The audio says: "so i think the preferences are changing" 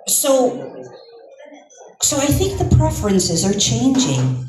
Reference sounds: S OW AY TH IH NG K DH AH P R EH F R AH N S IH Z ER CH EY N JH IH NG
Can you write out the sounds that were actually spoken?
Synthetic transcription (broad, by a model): S OW AY TH IH NG K DH AH P R EH F R AH N S IH Z ER CH EY N JH IH NG